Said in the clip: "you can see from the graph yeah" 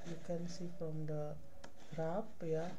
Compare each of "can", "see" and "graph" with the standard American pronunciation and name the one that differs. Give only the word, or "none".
graph